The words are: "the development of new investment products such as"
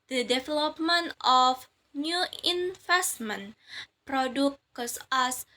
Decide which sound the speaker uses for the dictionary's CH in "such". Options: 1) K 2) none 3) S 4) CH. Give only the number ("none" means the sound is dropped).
3